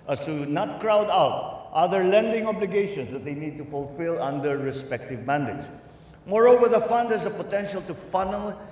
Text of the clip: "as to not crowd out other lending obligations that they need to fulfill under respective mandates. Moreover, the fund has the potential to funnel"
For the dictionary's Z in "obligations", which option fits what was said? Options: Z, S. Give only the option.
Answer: S